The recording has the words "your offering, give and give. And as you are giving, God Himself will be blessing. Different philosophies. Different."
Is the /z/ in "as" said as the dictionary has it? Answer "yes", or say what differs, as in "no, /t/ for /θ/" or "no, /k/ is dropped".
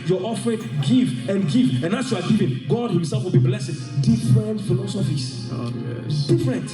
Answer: no, /s/ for /z/